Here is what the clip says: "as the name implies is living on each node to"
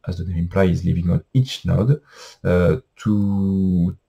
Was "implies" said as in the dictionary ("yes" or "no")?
no